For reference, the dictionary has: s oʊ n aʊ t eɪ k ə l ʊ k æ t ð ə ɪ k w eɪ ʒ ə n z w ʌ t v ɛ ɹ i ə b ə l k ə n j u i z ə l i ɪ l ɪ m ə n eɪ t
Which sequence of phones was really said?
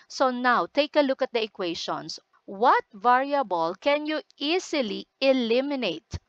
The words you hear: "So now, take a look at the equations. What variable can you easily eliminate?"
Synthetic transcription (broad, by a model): s oʊ n aʊ t eɪ k ə l ʊ k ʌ t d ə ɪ k w eɪ ʃ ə n s w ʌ t v ɛ ɹ i ə b ə l k ə n j u i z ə l i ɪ l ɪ m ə n eɪ t